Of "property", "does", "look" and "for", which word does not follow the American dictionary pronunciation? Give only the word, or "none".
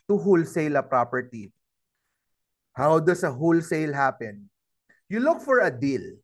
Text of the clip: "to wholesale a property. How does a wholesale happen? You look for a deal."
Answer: does